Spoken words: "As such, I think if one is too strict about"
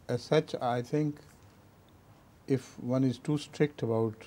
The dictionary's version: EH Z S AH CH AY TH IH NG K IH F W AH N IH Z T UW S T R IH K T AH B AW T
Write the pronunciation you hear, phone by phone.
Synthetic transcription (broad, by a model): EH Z S AH CH AY T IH NG K IH F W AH N IH Z T UW S T R IH K T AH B AW T